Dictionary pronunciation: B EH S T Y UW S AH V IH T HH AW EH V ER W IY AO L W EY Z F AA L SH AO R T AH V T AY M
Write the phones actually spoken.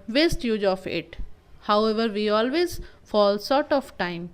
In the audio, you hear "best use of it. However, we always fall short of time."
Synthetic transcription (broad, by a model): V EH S T Y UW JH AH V IH T HH AW EH V ER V IY AO L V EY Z F AA L S AO R T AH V T AY M